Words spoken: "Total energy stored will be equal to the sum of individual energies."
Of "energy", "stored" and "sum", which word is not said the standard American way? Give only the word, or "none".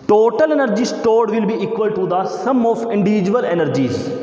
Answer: none